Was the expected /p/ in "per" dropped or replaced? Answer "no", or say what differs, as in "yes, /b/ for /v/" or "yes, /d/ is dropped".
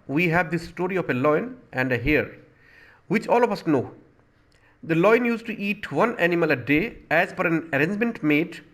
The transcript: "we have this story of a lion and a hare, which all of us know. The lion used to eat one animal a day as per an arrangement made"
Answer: yes, /f/ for /p/